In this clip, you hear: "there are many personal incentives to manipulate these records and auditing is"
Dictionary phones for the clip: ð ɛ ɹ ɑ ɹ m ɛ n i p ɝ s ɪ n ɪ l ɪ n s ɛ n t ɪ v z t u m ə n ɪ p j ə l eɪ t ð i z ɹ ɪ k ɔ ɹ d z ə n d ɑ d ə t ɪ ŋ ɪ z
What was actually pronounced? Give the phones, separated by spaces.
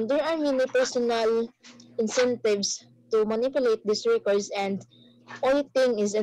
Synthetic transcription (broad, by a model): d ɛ ɹ ɑ ɹ m ɛ n i p ɝ s ɪ n ɪ l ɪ n s ɛ n t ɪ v s t u m ə n ɪ p j ə l eɪ t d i s ɹ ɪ k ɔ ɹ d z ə n d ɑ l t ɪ ŋ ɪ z